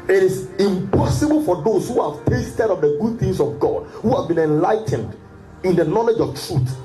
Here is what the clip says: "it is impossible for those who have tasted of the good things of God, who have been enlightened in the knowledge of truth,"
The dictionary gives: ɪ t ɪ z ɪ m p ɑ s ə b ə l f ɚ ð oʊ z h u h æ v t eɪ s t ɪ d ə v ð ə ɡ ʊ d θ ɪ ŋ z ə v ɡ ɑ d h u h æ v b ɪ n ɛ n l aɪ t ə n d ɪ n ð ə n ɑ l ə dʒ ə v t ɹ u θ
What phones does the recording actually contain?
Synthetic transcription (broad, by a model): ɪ t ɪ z ɪ m p ɑ s ə b ə l f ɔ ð oʊ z h u h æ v t eɪ s t ɪ d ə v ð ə ɡ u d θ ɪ ŋ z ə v ɡ ɑ d h u h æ v b ɪ n ɛ n l aɪ t ə n d ɪ n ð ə n ɑ l ə dʒ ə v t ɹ u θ